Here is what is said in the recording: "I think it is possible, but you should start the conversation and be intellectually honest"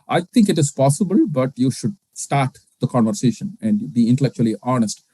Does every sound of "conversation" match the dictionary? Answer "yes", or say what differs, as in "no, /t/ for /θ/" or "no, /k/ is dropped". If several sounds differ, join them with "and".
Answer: yes